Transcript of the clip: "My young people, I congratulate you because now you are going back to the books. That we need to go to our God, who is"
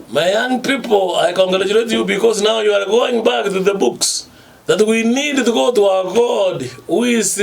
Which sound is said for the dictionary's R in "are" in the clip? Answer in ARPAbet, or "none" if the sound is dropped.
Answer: R